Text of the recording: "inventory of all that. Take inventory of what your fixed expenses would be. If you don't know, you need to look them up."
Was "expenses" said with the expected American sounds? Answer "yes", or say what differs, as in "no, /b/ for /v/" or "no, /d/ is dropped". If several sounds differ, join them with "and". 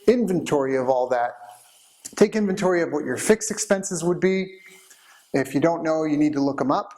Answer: yes